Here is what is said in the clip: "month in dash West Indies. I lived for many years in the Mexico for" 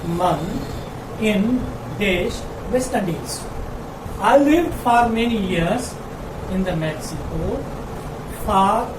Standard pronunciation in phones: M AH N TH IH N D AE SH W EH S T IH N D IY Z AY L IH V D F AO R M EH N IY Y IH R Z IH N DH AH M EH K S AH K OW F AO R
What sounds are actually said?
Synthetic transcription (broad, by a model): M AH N IH N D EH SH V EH S T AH D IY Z AY L IH V D F AO R M EH N IY Y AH R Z IH N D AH M EH K S AH K OW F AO R